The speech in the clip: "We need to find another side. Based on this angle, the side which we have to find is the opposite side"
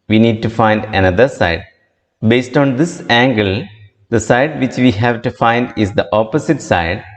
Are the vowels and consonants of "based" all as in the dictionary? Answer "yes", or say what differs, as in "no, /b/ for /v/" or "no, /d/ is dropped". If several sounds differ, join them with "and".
yes